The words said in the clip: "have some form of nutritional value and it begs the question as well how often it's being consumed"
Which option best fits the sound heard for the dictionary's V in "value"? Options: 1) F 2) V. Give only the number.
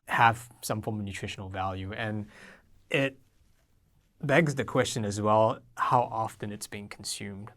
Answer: 2